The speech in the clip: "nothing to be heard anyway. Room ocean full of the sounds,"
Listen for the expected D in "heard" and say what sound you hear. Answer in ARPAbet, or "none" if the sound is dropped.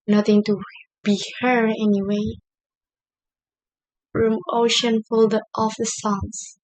none